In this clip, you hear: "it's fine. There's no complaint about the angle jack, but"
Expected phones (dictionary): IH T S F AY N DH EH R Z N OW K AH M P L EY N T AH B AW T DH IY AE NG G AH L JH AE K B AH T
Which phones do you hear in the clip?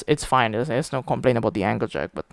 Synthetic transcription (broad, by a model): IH T S F AY N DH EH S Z N OW K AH M P L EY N AH B AW T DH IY AE NG G AH L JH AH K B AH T